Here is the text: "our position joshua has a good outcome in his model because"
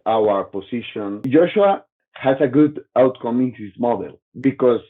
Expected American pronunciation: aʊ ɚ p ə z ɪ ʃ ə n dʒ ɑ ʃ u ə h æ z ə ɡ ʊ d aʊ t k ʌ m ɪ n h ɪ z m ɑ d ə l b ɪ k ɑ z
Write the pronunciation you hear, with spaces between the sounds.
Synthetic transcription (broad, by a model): aʊ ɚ p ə s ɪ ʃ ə n dʒ ɑ ʃ u ə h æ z ə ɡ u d aʊ t k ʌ m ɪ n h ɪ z m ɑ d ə l b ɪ k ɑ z